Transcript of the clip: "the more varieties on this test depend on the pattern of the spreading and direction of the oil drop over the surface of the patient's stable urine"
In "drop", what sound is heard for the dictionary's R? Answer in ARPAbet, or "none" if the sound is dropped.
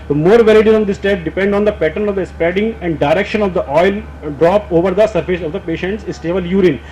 R